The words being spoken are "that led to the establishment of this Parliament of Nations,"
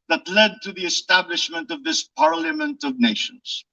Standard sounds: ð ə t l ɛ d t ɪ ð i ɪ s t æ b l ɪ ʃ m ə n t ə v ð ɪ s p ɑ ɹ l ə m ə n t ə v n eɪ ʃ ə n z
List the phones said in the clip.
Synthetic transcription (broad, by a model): ð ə t l ɛ d t ɪ ð i ɪ s t æ b l ɪ ʃ m ə n t ə v ð ɪ s p ɑ ɹ l ə m ə n t ə v n eɪ ʃ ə n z